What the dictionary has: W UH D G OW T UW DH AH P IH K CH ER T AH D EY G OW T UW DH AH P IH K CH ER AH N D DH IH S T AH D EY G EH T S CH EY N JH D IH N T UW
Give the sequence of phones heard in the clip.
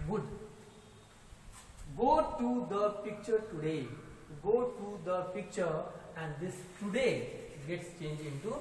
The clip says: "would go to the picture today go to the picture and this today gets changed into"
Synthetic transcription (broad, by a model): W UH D G OW T UW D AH P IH K CH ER T AH D EY G OW T UW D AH P IH K CH ER AH N D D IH S T AH D EY G EH T S CH EY N JH IH N T UW